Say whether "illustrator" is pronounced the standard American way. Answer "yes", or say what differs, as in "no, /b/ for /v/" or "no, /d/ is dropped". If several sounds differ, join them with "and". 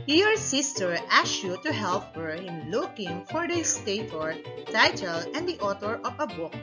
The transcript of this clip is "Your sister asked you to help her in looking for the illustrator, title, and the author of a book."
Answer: no, /ɹ/ is dropped